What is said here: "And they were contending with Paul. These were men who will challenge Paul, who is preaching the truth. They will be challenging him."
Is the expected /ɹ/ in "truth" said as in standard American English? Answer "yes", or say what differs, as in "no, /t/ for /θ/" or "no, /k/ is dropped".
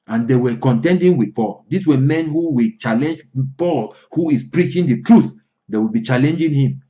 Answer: yes